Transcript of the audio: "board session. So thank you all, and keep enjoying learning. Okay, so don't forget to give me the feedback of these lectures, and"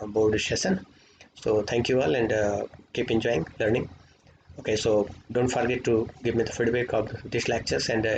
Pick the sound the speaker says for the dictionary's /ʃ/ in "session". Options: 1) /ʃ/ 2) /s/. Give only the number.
2